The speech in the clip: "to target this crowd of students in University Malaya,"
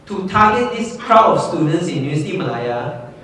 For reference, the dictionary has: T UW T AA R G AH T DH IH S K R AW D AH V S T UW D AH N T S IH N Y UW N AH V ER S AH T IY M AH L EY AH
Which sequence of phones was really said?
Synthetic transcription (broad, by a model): T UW T AA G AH T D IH S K R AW AH F S T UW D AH N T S IH N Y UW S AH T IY M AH L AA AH